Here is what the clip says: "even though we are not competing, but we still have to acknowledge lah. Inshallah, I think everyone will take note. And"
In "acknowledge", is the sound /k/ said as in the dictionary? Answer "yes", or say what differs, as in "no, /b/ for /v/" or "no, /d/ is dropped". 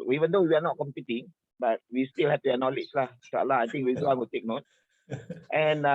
no, /k/ is dropped